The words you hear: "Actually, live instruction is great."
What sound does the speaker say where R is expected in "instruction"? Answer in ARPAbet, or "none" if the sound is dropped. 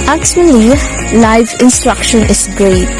R